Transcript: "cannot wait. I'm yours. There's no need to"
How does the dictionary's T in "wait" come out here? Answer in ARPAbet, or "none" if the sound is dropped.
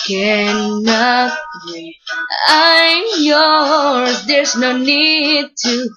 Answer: none